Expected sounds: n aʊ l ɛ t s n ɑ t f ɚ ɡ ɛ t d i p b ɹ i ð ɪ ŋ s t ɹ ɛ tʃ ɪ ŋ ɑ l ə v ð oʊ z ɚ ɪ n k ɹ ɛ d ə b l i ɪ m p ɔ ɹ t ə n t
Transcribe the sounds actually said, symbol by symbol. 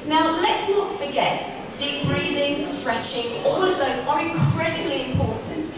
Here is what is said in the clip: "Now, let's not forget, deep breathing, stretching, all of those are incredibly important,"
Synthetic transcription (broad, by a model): n aʊ l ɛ t s n ɑ t f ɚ ɡ ɛ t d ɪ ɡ ɹ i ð ɪ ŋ s t ɹ ɛ tʃ ɪ ŋ ɑ l ə v ð oʊ z ɚ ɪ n k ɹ ɛ d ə b l i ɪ m p ɔ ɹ t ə n t